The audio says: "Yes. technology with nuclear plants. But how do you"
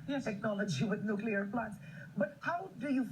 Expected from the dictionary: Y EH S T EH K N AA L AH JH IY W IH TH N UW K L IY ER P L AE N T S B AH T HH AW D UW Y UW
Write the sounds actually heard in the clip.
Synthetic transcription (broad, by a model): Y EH T EH K N AA L AH JH IY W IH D N UW K L IY ER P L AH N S B AH T HH AW D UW Y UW